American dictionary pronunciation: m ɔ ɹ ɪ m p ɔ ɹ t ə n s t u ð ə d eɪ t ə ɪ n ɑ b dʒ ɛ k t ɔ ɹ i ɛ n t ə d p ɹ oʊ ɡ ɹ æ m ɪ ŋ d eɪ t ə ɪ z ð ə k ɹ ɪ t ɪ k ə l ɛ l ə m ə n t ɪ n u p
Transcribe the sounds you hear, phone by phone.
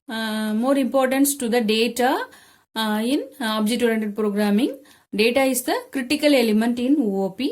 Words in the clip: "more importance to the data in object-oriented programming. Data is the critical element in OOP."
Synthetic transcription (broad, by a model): m ɔ ɹ ɪ m p ɔ ɹ t ə n s t u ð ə d eɪ t ə ɪ n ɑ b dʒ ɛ t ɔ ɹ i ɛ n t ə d p ɹ oʊ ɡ ɹ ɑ m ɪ ŋ d eɪ t ə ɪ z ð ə k ɹ ɪ t ɪ k ə l ɛ l ə m ə n t ɪ n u p